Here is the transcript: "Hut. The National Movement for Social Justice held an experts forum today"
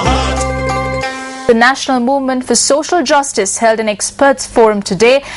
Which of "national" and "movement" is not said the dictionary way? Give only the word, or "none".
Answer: none